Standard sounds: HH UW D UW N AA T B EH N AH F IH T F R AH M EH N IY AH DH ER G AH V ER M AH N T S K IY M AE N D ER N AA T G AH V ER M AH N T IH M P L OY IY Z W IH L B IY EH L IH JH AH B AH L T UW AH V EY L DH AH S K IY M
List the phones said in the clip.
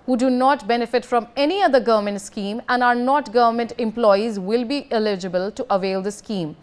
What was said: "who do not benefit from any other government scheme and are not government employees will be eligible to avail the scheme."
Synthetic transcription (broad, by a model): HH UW D UW N AA T B EH N AH F IH T F R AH M EH N IY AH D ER G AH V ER M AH N T S K IY M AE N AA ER N AA T G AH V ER M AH N T IH M P L OY IY Z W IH L B IY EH L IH JH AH B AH L T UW AH V EY L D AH S K IY M